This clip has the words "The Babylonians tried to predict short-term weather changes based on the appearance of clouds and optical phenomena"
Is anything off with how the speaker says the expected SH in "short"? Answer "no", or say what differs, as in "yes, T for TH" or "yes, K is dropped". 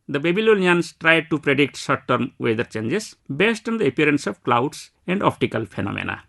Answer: yes, S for SH